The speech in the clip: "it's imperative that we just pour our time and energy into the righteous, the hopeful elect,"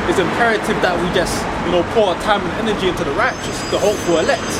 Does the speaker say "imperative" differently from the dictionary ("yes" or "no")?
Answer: no